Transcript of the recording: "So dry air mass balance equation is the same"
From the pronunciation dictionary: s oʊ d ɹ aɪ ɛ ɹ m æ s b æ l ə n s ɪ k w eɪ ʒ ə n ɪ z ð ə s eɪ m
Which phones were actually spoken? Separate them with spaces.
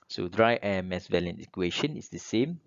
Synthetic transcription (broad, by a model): s oʊ d ɹ aɪ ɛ m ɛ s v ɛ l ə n ɪ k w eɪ ʃ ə n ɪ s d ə s eɪ m